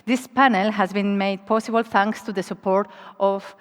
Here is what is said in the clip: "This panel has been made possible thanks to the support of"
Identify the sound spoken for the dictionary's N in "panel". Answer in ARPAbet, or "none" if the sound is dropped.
N